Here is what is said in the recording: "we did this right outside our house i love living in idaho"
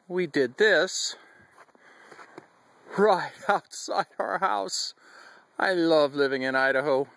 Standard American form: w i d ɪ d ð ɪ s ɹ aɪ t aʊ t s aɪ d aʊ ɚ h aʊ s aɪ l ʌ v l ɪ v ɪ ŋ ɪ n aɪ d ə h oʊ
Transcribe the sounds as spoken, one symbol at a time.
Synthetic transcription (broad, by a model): w i d ɪ d ð ɪ s ɹ aɪ t aʊ t s aɪ d aʊ ɚ h aʊ s aɪ l ʌ v l ɪ v ɪ ŋ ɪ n aɪ d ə h oʊ